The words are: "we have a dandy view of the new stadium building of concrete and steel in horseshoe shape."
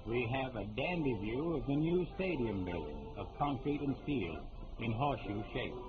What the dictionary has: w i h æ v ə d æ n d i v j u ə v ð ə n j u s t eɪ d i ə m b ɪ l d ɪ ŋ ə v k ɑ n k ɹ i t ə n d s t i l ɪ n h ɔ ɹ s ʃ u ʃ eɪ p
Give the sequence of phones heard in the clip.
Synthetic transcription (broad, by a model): w i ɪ v ə d æ n d i v j u ə v ð ə n j u s t eɪ d i ə m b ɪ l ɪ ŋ ə v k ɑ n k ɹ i t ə n s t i ɪ n h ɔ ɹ ʃ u ʃ eɪ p